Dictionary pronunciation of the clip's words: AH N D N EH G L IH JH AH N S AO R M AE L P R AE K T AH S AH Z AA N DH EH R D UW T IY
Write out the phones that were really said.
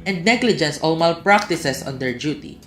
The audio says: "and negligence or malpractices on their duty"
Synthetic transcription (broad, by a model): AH N D N EH G L IH JH AH N S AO L M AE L P R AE K T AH S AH S AA N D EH R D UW T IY